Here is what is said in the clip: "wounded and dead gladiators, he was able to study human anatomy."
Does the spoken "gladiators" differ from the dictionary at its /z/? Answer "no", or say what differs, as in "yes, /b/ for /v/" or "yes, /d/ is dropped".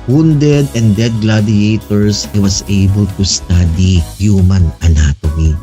yes, /s/ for /z/